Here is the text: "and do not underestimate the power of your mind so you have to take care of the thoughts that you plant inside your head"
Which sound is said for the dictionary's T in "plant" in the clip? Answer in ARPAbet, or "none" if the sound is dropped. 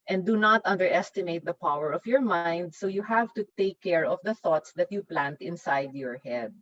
T